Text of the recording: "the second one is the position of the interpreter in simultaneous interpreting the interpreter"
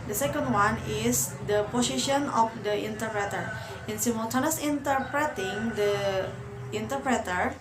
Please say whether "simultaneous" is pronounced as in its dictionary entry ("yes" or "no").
no